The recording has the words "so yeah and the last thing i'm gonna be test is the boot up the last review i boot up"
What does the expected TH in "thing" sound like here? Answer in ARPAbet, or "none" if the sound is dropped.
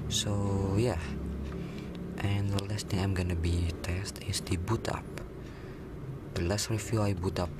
T